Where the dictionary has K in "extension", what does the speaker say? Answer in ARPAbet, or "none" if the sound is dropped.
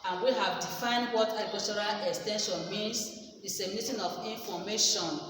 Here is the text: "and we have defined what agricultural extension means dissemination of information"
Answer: K